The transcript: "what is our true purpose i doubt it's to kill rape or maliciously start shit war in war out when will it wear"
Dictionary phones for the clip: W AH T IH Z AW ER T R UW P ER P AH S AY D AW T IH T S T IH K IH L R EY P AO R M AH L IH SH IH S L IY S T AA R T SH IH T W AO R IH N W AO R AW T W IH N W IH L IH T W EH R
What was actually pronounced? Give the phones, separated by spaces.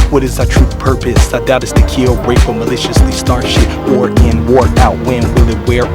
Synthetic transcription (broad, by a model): W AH T IH Z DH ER T R UW P ER P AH S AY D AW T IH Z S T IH K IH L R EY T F L M AH L IH SH IH S L IY S T AA R SH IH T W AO R IH N W AO R AW T W IH N W IH L IH T W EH R